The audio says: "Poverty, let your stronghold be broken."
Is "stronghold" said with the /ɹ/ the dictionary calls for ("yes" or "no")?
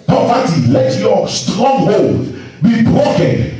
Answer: yes